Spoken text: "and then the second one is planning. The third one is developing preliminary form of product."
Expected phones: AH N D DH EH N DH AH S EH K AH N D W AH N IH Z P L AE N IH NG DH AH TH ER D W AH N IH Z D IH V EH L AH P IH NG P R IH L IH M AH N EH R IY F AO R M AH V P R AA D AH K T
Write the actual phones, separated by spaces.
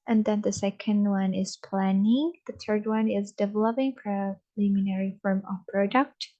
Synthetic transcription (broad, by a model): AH N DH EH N DH AH S EH K AH N D W AH N IH Z P L AE N IH NG DH AH TH ER D W AH N IH Z D IH V EH L AH P IH NG F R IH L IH M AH N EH R IY F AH R M AH V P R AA D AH K T